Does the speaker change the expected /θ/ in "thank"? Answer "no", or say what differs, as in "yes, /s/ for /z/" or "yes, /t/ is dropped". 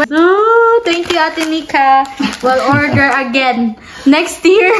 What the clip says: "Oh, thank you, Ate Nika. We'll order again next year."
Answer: yes, /t/ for /θ/